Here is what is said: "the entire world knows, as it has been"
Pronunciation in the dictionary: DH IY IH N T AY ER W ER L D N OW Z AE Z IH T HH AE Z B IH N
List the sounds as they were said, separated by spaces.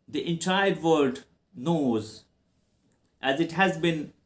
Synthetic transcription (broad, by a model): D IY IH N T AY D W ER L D N OW Z AE Z IH T HH AE Z B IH N